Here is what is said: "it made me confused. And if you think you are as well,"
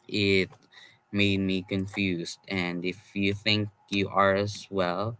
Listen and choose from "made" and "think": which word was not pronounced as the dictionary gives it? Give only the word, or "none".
none